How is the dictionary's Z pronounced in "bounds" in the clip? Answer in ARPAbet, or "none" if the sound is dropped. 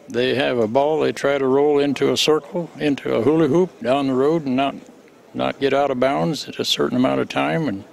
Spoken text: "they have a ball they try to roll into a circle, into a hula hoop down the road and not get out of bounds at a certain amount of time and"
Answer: Z